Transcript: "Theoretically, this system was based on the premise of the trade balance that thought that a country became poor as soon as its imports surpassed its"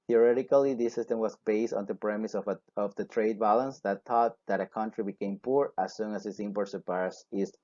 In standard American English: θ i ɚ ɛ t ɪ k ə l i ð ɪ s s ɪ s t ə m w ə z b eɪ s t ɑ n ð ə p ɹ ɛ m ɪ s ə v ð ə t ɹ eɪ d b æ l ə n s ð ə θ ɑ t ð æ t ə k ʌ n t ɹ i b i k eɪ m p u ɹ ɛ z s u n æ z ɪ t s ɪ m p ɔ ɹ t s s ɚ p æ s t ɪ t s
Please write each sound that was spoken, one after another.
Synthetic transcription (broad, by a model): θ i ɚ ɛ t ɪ k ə l i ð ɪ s s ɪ s t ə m w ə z b eɪ s t ɑ n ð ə p ɹ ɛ m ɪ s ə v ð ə t ɹ eɪ d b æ l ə n s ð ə t ɑ t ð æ t ə k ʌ n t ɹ i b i k eɪ m p u ɹ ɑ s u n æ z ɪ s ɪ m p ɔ ɹ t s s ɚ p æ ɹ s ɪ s